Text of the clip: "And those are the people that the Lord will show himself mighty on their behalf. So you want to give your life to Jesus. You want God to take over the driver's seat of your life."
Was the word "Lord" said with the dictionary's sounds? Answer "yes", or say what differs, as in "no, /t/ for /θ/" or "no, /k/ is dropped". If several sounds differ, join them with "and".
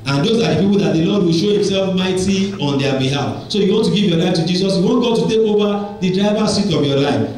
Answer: no, /n/ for /l/